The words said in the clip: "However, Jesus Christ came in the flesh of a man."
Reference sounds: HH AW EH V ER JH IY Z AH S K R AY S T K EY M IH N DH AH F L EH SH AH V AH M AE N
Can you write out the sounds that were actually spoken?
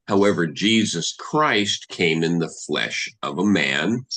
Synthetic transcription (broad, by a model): HH AW EH V ER JH IY Z AH S K R AY S T K EY M IH N DH AH F L EH SH AH V AH M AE N